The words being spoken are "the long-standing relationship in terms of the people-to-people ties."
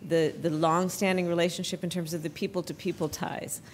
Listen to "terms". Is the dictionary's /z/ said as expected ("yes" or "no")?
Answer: yes